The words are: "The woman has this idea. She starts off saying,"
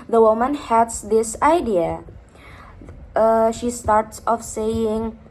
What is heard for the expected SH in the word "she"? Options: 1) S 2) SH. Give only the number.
2